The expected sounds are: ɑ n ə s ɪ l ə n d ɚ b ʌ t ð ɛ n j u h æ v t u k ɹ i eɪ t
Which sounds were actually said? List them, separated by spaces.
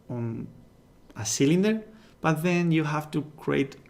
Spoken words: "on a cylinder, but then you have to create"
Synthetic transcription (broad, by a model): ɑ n ə s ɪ l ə n d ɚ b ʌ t ð ɛ n j u h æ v t u k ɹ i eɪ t